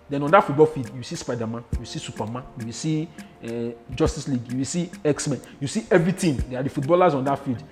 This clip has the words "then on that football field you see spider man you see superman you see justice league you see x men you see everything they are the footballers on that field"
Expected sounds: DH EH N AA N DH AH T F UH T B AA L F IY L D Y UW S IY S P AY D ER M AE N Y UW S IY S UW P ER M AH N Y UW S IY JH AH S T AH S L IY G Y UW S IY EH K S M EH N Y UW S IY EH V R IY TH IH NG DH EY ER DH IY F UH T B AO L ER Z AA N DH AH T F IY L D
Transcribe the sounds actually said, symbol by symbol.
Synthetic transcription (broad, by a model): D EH N AA N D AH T F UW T B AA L F IY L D Y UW S IY S P AY D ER M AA N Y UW S IY S UW P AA M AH N Y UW S IY JH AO S T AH S L IY G Y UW S IY EH K S M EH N Y UW S IY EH V R IY T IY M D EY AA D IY F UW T B AO L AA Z AA N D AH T F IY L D